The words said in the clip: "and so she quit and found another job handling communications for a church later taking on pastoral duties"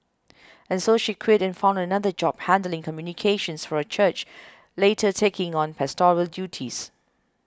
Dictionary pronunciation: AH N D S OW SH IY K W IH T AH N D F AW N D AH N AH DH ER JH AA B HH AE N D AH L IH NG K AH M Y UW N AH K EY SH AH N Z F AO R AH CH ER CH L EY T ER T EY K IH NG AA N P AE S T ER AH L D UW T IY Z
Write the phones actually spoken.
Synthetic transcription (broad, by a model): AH N S OW SH IY K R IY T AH N F AW N D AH N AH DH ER JH AA B HH AE N D AH L IH NG K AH M Y UW N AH K EY SH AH N S F AO R AH CH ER CH L EY T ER T EY K IH NG AA N P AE S T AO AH L D UW T IY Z